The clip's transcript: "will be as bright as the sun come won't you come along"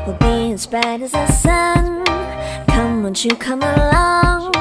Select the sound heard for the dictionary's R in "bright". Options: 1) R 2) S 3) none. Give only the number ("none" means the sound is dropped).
3